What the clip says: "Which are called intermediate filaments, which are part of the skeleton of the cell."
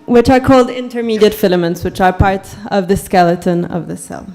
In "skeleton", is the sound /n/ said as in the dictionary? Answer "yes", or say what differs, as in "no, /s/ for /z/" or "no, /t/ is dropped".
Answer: yes